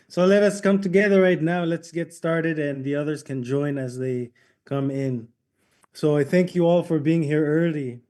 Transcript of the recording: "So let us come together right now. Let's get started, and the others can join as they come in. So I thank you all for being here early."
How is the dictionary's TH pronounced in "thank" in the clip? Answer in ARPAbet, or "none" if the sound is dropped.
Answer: TH